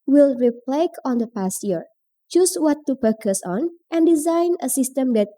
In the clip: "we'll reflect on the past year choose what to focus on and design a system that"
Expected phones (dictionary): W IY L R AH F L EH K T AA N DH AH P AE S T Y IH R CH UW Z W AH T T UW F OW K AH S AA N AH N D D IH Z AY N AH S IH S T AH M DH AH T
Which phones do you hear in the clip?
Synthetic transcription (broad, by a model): W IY L R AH P L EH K AA N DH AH P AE S T Y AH R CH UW S W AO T T UW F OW K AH S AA N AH N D D IH Z AY N AH S IH S T AH M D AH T